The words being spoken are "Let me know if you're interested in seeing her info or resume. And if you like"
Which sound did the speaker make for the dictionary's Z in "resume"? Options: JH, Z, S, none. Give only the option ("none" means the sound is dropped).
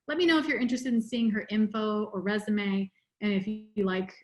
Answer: Z